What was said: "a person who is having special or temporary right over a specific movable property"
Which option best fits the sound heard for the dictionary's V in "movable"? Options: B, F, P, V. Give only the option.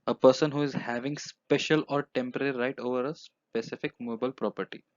B